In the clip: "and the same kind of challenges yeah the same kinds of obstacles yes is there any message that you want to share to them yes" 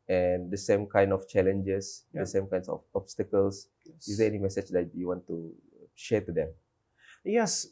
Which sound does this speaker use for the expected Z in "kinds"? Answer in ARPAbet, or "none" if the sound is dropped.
S